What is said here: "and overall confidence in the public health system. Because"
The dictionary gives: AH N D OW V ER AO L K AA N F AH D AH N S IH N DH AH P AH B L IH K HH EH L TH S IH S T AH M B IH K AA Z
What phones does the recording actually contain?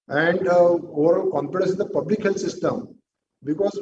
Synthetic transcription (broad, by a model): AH N D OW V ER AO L K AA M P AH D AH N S IH N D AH P AH B L IH K HH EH L T S IH S T AH M B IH K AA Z